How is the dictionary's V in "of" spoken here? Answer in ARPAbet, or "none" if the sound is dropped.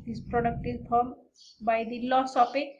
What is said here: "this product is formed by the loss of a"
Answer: P